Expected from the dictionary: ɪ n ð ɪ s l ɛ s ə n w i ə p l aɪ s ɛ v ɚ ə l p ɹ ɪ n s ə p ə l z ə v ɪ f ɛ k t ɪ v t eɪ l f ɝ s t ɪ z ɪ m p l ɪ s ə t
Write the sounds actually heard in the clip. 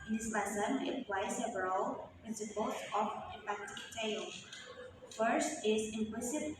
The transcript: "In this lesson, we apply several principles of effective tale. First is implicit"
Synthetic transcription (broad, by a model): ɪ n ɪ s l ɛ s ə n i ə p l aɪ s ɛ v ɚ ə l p ɪ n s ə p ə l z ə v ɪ p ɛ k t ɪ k t eɪ l f ɝ s t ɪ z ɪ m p l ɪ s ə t